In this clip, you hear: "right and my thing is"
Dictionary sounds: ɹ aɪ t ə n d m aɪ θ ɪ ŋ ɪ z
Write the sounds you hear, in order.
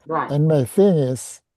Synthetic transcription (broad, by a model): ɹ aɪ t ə n m aɪ θ ɪ ŋ ɪ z